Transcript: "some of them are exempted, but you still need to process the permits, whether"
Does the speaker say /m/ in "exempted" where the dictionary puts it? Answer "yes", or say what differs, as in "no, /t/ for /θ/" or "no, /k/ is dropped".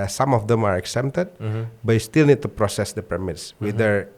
no, /m/ is dropped